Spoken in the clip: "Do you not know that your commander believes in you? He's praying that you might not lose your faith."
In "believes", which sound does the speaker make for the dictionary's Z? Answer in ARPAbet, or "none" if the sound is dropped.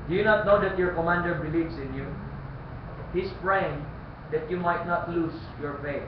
S